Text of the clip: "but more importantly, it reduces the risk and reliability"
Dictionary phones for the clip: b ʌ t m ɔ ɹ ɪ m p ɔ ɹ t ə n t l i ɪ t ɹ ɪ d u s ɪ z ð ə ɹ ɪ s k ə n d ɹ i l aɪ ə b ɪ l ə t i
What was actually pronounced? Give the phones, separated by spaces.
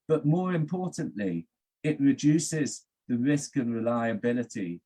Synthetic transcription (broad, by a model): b ʌ t m ɔ ɹ ɪ m p ɔ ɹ t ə n t l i ɪ t ɹ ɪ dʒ u s ɪ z ð ə ɹ ɪ s k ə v ɹ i l aɪ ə b ɪ l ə t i